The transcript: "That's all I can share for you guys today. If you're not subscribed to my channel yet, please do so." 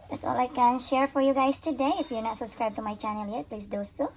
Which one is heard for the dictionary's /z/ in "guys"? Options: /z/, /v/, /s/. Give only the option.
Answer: /s/